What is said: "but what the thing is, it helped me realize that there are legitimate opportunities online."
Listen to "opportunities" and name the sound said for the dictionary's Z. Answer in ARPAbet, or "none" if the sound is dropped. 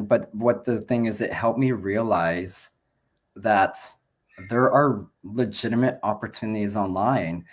Z